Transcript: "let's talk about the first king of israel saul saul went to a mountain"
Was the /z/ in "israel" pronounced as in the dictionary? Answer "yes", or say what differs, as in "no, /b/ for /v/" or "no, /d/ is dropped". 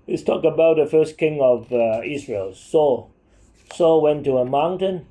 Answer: no, /s/ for /z/